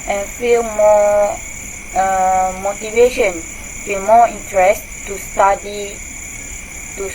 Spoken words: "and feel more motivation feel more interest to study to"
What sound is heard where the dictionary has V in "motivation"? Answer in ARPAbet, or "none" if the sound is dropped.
V